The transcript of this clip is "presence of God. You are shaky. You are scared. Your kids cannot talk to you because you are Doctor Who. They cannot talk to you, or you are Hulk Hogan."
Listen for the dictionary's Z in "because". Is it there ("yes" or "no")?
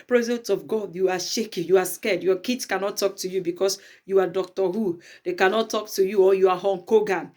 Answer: no